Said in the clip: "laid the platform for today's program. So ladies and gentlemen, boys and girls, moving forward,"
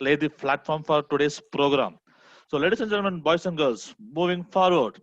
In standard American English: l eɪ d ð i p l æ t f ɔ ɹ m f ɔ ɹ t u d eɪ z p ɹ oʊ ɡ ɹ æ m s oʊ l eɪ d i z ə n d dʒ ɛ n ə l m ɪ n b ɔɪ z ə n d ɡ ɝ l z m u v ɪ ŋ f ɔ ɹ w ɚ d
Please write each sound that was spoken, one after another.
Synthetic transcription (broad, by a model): l eɪ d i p l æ t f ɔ ɹ m f ɔ ɹ t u d eɪ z p ɹ oʊ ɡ ɹ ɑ m s oʊ l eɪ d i s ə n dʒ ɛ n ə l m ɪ n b ɔɪ s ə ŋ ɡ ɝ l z m u v ɪ ŋ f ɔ ɹ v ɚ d